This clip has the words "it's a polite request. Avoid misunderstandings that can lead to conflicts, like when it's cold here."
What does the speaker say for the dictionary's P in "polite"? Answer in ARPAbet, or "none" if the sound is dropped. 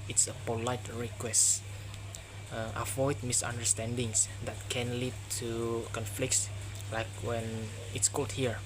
P